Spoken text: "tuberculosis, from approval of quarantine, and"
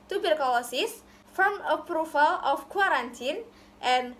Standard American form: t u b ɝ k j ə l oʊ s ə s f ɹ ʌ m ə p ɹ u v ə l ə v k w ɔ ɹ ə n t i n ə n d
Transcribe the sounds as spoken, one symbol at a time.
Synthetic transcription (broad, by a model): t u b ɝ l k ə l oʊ s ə s f ɹ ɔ m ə p ɹ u f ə l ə f k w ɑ ɹ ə n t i n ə n